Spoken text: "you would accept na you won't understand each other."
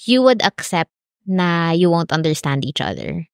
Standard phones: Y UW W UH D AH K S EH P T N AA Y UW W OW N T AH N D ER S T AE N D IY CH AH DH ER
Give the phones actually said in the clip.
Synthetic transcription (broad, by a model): Y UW W UH D AH K S EH P T N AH Y UW W OW N T AH N D ER S T AE N D IY CH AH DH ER